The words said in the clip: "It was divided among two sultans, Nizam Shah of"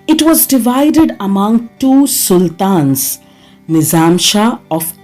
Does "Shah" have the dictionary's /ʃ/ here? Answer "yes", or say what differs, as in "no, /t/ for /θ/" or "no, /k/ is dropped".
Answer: yes